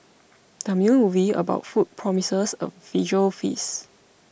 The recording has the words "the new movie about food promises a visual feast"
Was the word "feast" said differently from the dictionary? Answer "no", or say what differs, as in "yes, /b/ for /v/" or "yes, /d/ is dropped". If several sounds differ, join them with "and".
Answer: yes, /t/ is dropped